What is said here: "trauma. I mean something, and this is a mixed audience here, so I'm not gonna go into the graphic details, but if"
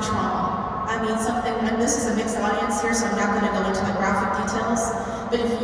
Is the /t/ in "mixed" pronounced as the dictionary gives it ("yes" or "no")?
yes